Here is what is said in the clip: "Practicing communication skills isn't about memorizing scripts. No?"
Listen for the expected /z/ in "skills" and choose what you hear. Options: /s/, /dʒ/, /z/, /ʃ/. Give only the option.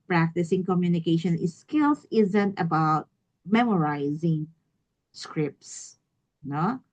/s/